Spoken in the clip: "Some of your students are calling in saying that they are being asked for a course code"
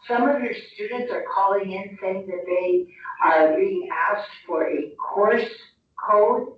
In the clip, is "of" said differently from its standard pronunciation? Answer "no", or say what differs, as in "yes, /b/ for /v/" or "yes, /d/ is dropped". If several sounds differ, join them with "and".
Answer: no